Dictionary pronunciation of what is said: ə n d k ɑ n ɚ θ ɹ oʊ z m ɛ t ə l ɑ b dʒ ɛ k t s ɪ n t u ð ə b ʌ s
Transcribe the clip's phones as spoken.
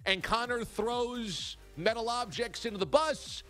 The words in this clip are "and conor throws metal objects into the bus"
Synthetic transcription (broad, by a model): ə n k ɑ n ɚ θ ɹ oʊ z m ɛ t l ɑ b dʒ ɛ k t s ɪ n t u ð ə b ʌ s